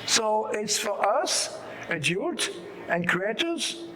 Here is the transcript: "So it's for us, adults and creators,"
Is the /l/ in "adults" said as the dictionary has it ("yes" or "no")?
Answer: no